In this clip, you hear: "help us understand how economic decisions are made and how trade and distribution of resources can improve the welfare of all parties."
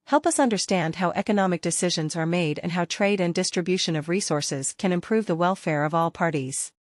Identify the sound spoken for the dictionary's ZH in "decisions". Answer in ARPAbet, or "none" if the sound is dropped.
ZH